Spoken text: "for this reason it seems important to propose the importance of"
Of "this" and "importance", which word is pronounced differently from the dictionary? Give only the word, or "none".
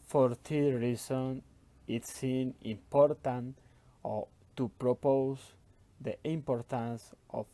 this